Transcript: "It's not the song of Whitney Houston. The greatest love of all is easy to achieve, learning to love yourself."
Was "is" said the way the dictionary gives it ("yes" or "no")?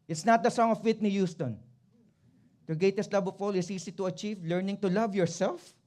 no